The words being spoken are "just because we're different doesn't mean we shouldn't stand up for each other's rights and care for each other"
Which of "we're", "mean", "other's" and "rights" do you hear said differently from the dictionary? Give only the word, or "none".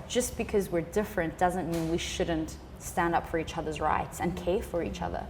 none